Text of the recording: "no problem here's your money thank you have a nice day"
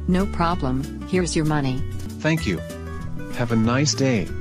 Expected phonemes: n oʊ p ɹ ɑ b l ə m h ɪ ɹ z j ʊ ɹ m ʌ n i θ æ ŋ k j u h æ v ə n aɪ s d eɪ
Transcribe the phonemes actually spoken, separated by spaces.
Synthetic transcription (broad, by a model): n oʊ p ɹ ɑ b l ə m h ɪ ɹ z j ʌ ɹ m ʌ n i θ æ ŋ k j u h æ v ə n aɪ s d eɪ